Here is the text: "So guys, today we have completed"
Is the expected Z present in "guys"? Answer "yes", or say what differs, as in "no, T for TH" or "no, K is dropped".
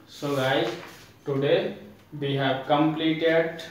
no, Z is dropped